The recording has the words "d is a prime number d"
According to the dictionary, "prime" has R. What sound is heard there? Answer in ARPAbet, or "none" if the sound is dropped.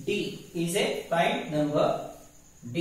none